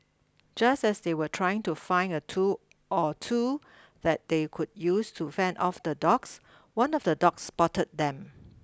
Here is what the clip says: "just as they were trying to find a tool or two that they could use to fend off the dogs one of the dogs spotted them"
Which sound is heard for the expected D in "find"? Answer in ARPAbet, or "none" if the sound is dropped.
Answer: none